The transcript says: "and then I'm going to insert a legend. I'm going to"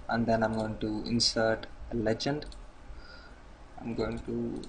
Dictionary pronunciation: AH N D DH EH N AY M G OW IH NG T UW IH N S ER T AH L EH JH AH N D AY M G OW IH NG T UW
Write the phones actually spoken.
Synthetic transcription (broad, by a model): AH N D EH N AY M G OW IH NG T UW IH N S ER T AH L EH JH AH N D AY M G OW IH NG T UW